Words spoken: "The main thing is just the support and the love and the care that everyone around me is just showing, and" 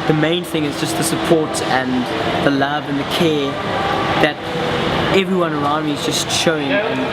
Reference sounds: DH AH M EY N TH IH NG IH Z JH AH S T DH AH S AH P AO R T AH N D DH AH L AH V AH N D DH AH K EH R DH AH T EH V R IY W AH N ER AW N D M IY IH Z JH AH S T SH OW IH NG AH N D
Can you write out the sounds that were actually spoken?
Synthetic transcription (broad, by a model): DH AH M EY N TH IH NG IH Z JH AH S T DH AH S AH P AO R T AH N DH AH L AH V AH N DH AH K EH DH AH T EH V R IY W AH N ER AW N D M IY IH Z JH AH S T SH OW IH NG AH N